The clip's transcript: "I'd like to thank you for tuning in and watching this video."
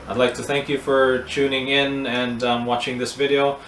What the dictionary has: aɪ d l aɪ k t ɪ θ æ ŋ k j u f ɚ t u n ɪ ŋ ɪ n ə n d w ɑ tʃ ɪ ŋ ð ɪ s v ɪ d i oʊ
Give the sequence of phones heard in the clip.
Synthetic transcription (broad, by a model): aɪ d l aɪ k t ɪ θ æ ŋ k j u f ɚ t u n ɪ ŋ ɪ n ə n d w ɑ tʃ ɪ ŋ ð ɪ s v ɪ d i oʊ